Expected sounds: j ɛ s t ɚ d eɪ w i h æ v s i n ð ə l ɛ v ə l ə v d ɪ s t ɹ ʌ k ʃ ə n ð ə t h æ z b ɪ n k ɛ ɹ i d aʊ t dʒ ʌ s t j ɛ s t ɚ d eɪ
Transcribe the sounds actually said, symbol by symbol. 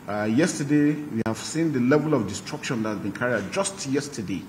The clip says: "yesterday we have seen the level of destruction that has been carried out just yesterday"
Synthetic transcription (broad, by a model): j ɛ s t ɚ d eɪ w i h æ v s i n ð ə l ɛ v ə l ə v d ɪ s t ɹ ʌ k ʃ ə n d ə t h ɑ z b ɪ n k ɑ ɹ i aʊ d dʒ ʌ s t j ɛ s t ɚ d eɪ